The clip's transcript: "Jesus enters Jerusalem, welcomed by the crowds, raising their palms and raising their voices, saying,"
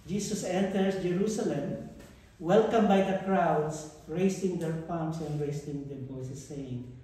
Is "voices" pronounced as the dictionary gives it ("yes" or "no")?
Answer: no